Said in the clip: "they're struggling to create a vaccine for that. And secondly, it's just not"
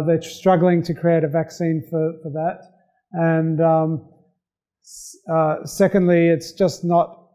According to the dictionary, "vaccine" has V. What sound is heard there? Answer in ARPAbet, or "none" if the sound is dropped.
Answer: V